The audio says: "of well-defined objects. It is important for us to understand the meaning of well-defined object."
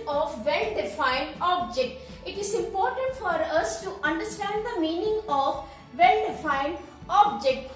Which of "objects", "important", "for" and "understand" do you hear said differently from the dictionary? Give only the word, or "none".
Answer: objects